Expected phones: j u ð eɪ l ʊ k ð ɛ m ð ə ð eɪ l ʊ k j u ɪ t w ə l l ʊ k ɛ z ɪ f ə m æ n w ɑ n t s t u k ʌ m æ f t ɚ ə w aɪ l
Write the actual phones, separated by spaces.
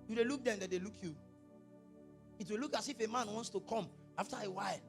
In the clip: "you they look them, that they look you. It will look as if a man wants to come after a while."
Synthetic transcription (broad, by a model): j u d eɪ l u k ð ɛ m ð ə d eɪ l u k j u ɪ t w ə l l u k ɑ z ɪ f ə m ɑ n w ɑ n t s t u k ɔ m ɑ f t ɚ ə w aɪ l